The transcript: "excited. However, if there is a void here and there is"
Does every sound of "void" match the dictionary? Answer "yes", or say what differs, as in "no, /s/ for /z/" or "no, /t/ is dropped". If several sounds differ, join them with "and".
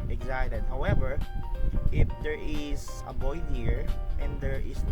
no, /b/ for /v/